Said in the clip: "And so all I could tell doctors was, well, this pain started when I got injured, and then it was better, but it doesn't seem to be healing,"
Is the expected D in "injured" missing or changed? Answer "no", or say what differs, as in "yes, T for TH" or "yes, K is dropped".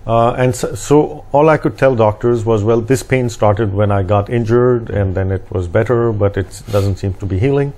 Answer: no